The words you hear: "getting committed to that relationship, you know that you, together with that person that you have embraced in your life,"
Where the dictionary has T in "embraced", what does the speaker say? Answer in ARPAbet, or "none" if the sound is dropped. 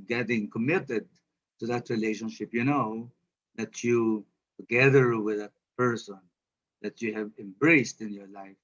T